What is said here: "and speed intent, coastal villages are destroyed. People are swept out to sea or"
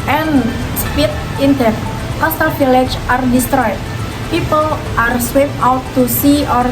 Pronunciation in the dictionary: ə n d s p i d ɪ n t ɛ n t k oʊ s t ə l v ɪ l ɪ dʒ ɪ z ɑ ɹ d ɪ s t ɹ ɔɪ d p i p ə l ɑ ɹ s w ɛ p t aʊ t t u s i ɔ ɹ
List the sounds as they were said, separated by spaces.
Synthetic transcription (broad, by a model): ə n s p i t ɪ n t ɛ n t k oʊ s t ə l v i l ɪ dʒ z ɑ ɹ d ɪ s t ɹ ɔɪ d p i p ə l ɑ ɹ s w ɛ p aʊ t t u s i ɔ ɹ